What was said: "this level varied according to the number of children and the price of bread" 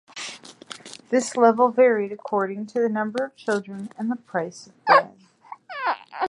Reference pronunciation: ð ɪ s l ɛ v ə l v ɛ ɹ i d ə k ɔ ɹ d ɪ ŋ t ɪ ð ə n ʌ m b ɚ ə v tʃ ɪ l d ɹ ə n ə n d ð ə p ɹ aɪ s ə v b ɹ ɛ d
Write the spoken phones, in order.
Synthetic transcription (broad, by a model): ð ɪ s l ɛ v l v ɛ ɹ i d ə k ɔ ɹ d ɪ ŋ t ɪ ð ə n ʌ m b ɚ ə v tʃ ɪ l d ɹ ə n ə n ð ə p ɹ aɪ s ə v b ɛ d